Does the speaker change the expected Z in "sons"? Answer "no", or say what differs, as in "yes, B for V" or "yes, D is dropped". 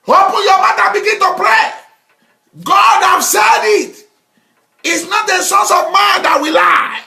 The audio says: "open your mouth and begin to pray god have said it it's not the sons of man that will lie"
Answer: yes, S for Z